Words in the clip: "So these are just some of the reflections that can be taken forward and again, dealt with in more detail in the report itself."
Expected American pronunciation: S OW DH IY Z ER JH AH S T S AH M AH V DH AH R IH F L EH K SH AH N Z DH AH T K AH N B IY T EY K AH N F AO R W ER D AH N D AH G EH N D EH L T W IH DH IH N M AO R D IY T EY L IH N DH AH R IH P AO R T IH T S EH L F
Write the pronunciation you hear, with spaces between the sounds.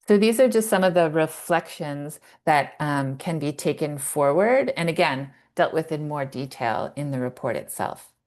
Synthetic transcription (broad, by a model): S OW DH IY Z ER JH AH S T S AH M AH V DH AH R IH F L EH K SH AH N Z DH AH T K AH N B IY T EY K AH N F AO R W ER D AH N AH G EH N D EH L T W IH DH IH N M AO R D IY T EY L IH N DH AH R IH P AO R T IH T S EH L F